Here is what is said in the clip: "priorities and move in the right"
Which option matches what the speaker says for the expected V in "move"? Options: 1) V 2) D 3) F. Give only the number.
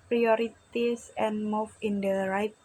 3